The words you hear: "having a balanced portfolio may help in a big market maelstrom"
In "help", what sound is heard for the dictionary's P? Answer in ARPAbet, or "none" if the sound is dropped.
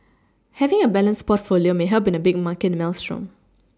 B